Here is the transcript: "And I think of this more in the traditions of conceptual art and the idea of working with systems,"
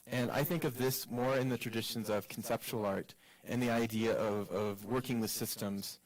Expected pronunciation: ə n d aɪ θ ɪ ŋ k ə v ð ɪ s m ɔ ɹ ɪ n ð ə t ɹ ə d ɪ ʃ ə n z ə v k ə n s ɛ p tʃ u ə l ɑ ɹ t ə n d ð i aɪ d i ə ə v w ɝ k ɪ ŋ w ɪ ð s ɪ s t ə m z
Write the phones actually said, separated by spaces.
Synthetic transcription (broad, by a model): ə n aɪ θ ɪ ŋ k ə v ð ɪ s m ɔ ɹ ɪ n ð ə t ɹ ə d ɪ ʃ ə n z ə v k n s ɛ p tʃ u l ɑ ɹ t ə n ð i aɪ d i ə ə v w ɝ k ɪ ŋ w ɪ ð s ɪ s t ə m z